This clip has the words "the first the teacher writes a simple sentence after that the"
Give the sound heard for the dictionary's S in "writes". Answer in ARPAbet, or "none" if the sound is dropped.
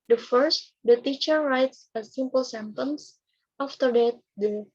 S